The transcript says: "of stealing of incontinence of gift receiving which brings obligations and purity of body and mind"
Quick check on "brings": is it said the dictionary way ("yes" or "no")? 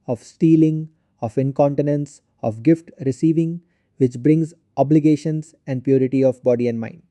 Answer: yes